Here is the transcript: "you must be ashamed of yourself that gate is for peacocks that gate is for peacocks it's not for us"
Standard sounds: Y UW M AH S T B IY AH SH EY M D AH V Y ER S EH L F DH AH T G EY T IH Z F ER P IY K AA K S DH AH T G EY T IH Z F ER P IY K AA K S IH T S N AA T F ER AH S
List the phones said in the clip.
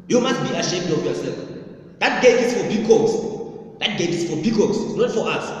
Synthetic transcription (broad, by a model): Y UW M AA S T B IY AH SH EY M D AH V Y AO S EH L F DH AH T G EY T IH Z F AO B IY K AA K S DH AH T G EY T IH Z F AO B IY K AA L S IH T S N AA T F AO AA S